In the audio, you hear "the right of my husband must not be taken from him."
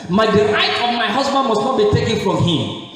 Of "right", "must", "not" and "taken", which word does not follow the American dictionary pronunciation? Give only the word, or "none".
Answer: right